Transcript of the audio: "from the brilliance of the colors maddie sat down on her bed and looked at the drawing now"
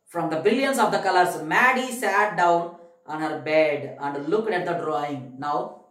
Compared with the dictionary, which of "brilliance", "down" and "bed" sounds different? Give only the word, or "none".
brilliance